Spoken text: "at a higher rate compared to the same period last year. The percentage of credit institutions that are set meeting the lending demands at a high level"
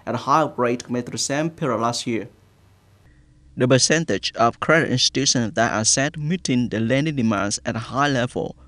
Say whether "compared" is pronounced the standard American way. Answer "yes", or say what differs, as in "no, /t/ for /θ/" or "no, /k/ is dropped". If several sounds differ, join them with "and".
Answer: no, /p/ is dropped